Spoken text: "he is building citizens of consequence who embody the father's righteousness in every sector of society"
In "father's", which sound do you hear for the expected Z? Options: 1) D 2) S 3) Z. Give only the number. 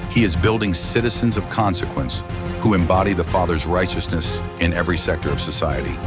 3